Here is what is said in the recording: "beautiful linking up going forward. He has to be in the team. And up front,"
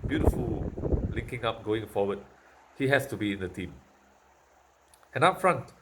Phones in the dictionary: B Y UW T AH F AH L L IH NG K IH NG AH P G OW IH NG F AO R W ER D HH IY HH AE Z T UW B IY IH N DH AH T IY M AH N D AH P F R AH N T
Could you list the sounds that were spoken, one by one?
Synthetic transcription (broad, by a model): B Y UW T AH F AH L L IH NG K IH NG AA P G OW IH NG F AO W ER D HH IY HH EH S T UW B IY IH N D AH T IY M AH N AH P F R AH N T